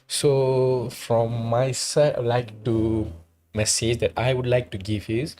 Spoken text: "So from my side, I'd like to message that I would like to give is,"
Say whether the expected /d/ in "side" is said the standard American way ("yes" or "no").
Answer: no